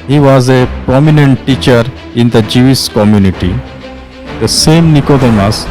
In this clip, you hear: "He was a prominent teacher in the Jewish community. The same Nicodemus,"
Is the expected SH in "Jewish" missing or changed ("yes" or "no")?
yes